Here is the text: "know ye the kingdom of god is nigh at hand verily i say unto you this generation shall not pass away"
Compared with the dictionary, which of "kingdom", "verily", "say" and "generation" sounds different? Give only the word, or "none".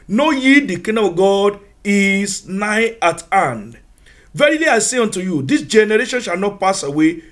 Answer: kingdom